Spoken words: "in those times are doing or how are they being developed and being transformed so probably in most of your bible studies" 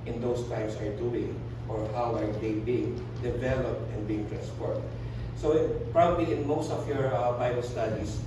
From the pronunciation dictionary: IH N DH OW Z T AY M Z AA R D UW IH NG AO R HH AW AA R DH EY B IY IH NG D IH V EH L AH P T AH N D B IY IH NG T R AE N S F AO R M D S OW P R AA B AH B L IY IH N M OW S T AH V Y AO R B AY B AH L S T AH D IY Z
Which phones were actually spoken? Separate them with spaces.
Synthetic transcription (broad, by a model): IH N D OW S T AY M S AA R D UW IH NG AO R HH AW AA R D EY B IY IH NG D IH V EH L AH P T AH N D B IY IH NG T R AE N S P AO R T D S OW P R AA B AH B L IY IH N M OW S T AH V Y AO R B AY B AH L S T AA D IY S